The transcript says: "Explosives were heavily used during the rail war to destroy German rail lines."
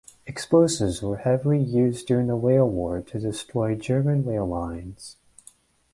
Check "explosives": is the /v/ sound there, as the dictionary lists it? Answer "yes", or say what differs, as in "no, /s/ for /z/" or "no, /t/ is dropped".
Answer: no, /v/ is dropped